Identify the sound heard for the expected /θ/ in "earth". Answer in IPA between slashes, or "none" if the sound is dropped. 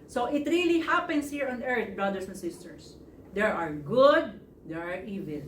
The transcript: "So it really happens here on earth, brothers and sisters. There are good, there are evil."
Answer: /t/